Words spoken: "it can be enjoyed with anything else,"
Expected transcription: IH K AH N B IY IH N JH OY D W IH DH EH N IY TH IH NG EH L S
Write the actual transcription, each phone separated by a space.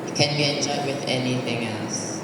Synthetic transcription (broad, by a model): K AH N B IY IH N CH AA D W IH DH EH N IY TH IH NG EH L S